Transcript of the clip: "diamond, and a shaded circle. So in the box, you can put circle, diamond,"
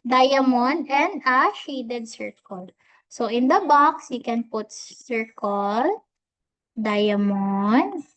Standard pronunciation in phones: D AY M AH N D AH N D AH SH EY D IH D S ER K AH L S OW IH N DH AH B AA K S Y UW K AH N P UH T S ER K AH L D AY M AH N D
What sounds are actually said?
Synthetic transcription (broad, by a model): D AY M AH N AH N D AH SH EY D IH D S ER K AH L S OW IH N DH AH B AA K S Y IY K AH N P UH T S ER K AH L D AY M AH N